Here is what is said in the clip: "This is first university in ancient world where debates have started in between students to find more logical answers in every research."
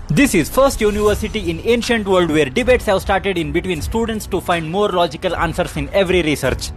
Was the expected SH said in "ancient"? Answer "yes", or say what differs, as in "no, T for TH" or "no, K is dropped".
yes